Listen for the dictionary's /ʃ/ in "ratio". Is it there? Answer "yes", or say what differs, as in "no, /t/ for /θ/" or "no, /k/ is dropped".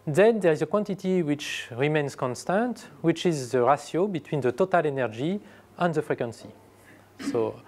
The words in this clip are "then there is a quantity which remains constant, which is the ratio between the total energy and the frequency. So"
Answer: no, /s/ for /ʃ/